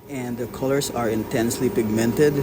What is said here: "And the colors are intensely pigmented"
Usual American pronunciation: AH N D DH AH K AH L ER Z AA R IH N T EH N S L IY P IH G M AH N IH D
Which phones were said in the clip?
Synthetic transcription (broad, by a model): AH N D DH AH K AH L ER S AA R IH N T EH N S L IY P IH G M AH N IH D